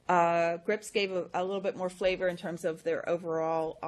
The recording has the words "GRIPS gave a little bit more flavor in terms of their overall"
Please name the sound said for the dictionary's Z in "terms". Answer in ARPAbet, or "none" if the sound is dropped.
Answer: Z